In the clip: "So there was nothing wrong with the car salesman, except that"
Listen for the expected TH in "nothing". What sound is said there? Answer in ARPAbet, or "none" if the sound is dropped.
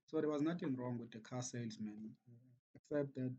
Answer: T